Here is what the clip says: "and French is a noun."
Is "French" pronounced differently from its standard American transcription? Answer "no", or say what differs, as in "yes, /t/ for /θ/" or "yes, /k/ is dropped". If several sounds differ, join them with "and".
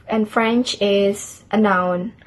no